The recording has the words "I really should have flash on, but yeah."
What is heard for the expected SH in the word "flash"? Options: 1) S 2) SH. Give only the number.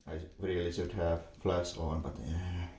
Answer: 1